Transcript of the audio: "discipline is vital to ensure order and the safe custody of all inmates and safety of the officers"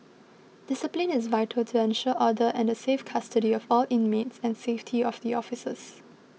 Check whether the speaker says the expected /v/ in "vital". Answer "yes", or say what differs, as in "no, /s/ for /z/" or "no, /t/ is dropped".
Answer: yes